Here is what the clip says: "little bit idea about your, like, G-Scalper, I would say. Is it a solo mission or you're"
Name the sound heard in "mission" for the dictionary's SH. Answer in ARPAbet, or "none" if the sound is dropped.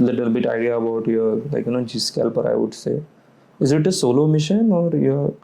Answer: SH